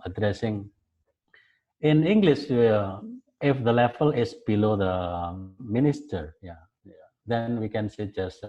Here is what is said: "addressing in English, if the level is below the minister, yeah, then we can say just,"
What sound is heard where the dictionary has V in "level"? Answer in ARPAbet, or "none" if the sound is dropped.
F